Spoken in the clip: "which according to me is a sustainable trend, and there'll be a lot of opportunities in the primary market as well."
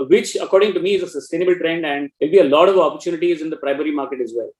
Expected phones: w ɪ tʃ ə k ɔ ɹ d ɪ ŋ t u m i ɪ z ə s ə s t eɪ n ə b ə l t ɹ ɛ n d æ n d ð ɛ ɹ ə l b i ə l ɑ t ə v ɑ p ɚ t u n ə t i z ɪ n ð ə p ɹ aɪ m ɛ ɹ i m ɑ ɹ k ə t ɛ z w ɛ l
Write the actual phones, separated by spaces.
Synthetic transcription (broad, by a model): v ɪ tʃ ə k ɔ ɹ d ɪ ŋ t u m i ɪ z ə s ə s t eɪ n ə b ə l t ɹ ɛ n d æ n d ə l b i ə l ɑ t ə v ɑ p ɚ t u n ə t i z ɪ n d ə p ɹ aɪ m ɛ ɹ i m ɑ ɹ k ə t ɛ z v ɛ l